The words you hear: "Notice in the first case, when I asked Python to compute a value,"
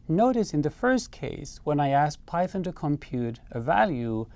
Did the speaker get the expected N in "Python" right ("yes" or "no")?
yes